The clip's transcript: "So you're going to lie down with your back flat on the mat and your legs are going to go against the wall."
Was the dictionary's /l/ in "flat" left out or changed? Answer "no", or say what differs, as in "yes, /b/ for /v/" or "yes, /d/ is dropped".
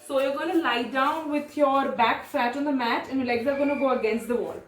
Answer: yes, /l/ is dropped